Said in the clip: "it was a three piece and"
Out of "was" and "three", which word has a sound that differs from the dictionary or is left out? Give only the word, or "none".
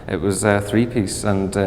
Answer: none